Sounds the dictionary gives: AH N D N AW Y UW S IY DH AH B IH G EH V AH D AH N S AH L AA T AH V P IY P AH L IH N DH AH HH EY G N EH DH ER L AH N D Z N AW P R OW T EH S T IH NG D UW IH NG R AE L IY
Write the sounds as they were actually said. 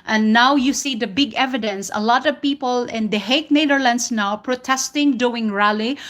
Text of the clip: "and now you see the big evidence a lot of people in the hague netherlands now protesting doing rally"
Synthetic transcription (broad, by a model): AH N N AW Y UW S IY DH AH B IH G EH V AH D AH N S AH L AA T AH V P IY P AH L IH N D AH HH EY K N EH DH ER L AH N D S N AW P R OW T EH S T IH NG D UW IH NG R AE L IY